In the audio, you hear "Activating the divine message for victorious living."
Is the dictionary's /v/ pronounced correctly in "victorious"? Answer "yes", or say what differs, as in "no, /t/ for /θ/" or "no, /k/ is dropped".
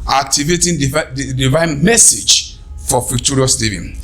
no, /f/ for /v/